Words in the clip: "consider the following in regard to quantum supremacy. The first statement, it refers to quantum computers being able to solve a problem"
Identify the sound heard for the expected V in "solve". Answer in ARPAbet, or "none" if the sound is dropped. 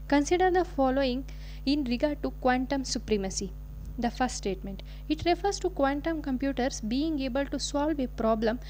V